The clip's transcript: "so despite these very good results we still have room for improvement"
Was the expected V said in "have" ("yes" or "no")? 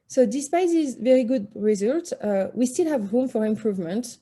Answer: yes